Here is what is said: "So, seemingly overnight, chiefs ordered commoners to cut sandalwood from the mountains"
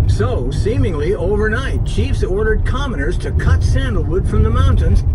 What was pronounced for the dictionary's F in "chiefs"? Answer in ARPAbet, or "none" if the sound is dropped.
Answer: F